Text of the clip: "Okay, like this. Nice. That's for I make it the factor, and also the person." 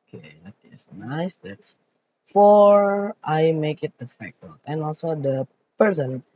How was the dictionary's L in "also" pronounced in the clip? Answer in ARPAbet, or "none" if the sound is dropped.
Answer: L